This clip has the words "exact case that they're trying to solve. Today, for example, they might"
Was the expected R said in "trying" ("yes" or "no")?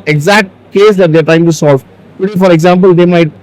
no